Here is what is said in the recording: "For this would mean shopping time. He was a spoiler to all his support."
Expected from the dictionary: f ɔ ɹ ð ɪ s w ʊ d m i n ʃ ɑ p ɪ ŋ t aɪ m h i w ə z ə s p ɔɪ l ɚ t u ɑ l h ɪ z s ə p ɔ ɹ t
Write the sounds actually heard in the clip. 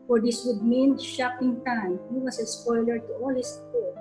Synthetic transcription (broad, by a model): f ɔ ɹ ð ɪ s w ʊ d m i n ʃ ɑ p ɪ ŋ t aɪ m h i w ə s ə s p ɔɪ l ɚ t u ɑ l h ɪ s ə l